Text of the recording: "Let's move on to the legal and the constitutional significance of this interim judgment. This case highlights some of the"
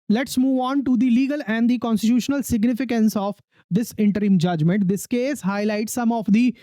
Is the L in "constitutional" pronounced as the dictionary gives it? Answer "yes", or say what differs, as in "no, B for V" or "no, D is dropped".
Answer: yes